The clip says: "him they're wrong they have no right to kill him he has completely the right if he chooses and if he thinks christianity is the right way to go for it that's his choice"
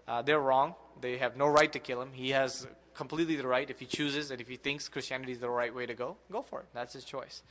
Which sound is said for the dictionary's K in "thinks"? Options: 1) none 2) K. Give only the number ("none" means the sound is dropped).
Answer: 2